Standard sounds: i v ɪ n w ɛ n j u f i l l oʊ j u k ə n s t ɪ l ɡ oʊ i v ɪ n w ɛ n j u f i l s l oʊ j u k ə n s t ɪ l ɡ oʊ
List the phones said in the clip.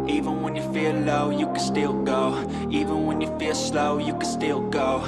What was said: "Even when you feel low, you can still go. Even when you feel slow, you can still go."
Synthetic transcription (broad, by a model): i v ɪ n w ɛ n j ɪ f i l l oʊ j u k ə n s t ɪ l ɡ oʊ i v ɪ n w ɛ n j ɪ f i l s l oʊ j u k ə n s t ɪ l ɡ oʊ